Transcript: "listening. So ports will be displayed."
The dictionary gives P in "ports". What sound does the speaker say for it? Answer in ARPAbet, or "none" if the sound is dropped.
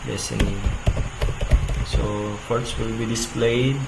F